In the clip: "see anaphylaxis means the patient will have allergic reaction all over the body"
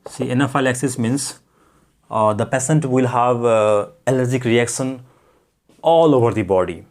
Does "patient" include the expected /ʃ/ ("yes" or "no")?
no